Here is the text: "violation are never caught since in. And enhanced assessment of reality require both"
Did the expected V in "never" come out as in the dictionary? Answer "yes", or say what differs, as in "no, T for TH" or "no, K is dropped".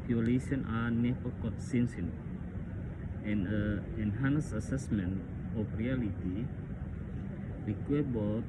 no, V is dropped